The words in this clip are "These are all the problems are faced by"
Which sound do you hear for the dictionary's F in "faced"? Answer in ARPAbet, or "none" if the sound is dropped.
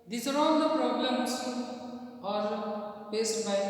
P